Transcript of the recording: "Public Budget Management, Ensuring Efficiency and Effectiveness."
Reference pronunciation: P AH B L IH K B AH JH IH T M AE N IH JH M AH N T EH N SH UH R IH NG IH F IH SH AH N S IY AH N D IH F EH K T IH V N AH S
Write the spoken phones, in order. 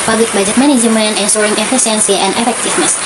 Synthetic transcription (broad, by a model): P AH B L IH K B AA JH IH M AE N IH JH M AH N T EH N S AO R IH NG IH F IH S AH N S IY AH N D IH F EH K T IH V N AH S